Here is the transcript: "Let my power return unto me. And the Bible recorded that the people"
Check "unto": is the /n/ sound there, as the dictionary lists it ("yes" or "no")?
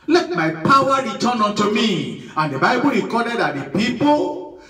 no